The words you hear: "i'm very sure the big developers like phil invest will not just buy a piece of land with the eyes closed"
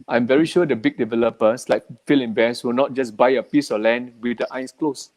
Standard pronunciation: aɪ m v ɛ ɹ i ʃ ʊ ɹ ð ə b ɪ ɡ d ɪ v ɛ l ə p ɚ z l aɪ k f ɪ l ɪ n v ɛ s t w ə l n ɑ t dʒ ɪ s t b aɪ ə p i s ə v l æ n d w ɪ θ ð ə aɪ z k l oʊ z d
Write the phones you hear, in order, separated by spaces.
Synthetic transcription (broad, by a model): aɪ m v ɛ ɹ i ʃ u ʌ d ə b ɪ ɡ d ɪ v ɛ l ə p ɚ s l aɪ k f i l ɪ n b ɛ s w ə l n ɑ t dʒ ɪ s b aɪ ə p i s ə l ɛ n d w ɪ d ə aɪ s k l oʊ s